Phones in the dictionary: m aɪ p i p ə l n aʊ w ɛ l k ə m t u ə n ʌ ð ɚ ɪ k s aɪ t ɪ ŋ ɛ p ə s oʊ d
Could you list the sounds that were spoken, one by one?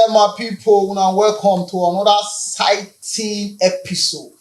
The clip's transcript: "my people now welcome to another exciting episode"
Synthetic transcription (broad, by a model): m aɪ p i p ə w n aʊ w ɛ l k ə m t u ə n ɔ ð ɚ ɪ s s aɪ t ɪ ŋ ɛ p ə s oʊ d